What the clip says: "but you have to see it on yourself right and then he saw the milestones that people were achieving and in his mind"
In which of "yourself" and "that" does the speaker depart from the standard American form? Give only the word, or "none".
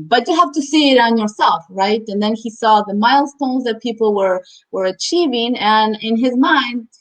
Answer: none